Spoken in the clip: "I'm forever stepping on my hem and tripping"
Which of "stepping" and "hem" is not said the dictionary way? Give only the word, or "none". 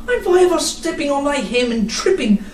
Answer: none